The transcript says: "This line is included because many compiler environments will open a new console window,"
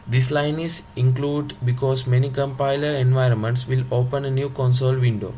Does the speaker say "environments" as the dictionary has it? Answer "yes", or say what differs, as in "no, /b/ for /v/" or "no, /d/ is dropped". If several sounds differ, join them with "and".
yes